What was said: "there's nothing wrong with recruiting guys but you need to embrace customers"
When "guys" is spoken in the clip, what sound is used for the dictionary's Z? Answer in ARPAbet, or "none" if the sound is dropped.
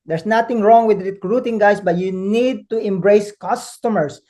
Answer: S